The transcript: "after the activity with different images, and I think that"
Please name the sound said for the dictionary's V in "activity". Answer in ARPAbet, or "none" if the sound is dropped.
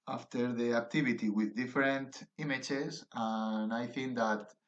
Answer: B